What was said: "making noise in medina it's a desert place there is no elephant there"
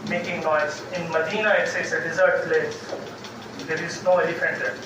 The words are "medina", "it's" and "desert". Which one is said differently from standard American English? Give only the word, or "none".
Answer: it's